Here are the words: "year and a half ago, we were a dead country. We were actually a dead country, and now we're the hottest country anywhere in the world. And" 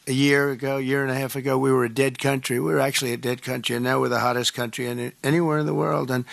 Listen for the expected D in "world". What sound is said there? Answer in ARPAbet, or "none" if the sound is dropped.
D